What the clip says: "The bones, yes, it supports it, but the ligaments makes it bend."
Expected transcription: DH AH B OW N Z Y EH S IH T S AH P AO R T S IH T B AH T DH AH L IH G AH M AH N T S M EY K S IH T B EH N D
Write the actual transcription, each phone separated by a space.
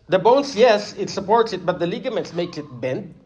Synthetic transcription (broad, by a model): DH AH B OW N S Y EH S IH T S AH P AO R T S IH T B AH T DH AH L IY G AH M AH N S M EY K S IH T B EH N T